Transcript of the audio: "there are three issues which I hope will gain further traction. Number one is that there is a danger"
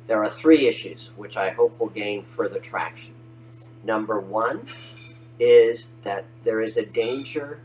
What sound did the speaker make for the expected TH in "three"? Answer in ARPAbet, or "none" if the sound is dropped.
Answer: TH